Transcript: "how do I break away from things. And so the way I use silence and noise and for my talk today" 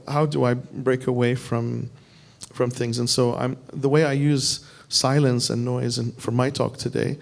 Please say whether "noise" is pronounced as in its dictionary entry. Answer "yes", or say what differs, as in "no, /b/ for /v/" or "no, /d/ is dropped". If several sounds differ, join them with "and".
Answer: yes